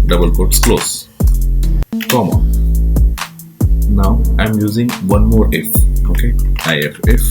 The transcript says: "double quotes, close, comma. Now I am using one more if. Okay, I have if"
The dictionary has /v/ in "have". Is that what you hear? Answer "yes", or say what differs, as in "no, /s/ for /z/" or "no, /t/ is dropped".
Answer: no, /f/ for /v/